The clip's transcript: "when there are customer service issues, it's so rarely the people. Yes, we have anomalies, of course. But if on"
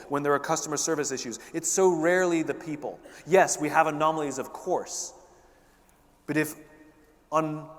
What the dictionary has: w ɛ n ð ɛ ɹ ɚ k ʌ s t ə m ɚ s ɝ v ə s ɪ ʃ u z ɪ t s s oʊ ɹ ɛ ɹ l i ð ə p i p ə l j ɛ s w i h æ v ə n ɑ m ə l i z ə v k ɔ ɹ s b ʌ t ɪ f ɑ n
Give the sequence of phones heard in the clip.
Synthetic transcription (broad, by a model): w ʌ n ð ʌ ɹ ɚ k ʌ s t ə m ɚ s ɝ v ə s ɪ ʃ u z ɪ t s s oʊ ɹ ɛ ɹ l i ð ə p i p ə l j ɛ s w i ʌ v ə n ɑ m l i z ə v k ɔ ɹ s b ʌ t ɪ f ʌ n